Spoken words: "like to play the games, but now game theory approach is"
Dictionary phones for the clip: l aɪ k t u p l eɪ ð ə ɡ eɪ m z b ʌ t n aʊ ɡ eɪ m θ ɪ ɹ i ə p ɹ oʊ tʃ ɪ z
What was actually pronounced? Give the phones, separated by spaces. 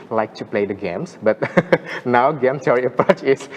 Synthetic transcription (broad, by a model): l aɪ k t u p l eɪ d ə ɡ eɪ m s b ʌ t n aʊ ɡ eɪ m s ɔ ɹ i ə p ɹ oʊ tʃ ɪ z